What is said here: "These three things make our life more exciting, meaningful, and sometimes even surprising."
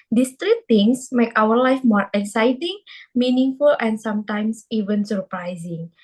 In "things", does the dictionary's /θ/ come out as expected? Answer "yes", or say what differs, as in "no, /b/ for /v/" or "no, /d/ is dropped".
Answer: no, /t/ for /θ/